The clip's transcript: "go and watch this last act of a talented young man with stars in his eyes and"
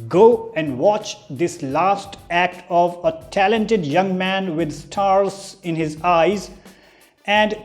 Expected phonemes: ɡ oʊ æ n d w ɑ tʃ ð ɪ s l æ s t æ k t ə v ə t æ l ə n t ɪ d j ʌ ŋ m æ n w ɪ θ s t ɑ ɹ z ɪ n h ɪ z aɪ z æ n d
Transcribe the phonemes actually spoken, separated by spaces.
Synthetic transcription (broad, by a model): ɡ oʊ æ n d w ɑ tʃ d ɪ s l æ s t æ k t ə v ə t æ l ə n t ɪ d j ʌ ŋ m æ n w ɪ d s t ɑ ɹ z ɪ n h ɪ z aɪ z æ n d